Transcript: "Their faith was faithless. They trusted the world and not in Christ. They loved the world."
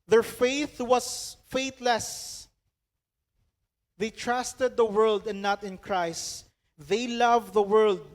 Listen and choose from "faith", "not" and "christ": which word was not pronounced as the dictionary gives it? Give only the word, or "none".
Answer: none